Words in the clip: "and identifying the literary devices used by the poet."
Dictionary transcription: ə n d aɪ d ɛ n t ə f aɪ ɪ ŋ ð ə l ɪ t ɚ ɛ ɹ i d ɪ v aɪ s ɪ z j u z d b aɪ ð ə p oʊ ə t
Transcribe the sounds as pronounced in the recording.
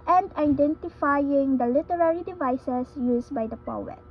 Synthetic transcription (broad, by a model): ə n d aɪ d ɛ n t ə f aɪ ɪ ŋ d ə l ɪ t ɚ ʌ ɹ i d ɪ v aɪ s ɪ s j u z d b aɪ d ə p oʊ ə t